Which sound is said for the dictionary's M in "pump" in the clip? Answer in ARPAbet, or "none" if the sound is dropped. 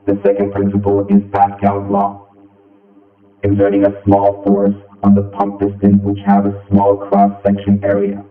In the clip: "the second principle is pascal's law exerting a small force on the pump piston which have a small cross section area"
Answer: M